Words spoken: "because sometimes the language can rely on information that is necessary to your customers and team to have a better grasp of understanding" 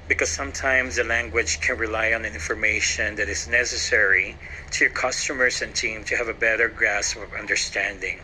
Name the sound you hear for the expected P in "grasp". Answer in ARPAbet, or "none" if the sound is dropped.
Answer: none